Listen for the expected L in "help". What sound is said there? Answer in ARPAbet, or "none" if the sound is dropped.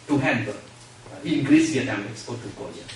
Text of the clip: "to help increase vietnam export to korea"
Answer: N